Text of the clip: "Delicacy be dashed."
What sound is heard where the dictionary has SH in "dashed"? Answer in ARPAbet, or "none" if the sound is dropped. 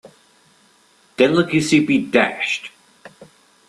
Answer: SH